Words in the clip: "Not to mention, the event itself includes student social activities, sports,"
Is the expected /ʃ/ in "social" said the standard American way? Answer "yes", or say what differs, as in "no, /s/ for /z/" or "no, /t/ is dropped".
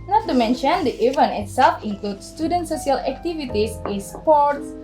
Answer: no, /s/ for /ʃ/